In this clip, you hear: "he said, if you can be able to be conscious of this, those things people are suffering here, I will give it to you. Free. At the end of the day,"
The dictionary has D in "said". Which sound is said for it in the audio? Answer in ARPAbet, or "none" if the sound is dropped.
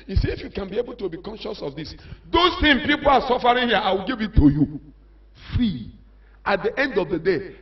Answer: none